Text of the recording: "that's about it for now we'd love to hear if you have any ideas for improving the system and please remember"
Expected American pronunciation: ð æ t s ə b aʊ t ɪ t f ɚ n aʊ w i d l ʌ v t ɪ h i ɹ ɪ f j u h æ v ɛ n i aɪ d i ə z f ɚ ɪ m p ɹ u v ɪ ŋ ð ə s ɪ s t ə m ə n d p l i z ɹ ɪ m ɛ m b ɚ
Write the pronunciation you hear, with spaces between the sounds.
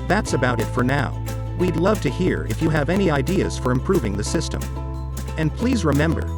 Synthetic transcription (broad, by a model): ð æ t s ə b aʊ t ɪ t f ɚ n aʊ w i d l ʌ v t ɪ h i ɹ ɪ f j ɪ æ v ɛ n i aɪ d i ə z f ɚ ɪ m p ɹ u v ɪ ŋ ð ə s ɪ s t ə m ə n p l i z ɹ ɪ m ɛ m b ɚ